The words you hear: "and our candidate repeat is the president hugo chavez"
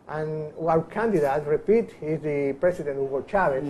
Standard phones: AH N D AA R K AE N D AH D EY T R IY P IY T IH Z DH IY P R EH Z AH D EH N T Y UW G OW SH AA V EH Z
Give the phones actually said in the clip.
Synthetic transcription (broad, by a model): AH N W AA W K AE N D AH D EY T R IY P IY T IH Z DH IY P R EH S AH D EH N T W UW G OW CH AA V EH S